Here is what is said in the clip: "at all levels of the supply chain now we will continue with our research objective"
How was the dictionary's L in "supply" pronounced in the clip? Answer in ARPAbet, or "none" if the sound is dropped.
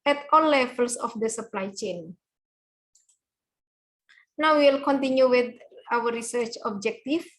L